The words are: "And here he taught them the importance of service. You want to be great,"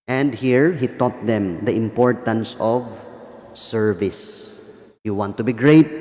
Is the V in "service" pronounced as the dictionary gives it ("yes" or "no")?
yes